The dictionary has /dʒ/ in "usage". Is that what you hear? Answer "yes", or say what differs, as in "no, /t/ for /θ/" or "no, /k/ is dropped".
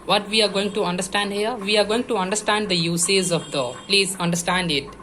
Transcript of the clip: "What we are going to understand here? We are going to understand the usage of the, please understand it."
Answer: no, /z/ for /dʒ/